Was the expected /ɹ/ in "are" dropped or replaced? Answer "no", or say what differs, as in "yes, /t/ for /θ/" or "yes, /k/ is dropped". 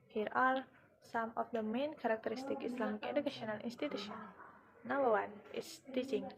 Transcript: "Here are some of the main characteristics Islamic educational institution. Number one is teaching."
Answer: yes, /l/ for /ɹ/